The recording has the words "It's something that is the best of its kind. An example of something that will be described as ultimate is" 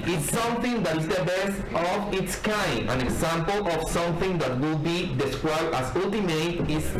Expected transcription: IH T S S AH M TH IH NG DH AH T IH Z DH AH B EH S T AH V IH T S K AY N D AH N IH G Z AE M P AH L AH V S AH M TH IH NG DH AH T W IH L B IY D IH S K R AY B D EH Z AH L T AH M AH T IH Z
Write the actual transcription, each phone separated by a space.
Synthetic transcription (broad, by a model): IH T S S AH M TH IH NG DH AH T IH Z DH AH B EH S T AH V IH T S K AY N AH N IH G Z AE M P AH L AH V S AH M TH IH NG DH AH T W IH L B IY D IH S K R AY B D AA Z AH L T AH M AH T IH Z